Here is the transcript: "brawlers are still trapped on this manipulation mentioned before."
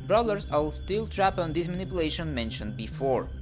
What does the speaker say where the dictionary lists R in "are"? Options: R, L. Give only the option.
L